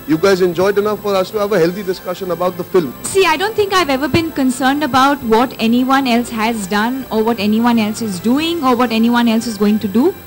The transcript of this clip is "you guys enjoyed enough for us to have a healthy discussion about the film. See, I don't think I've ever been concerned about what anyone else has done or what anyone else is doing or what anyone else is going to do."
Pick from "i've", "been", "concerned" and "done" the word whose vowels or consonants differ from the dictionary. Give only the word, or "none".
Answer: none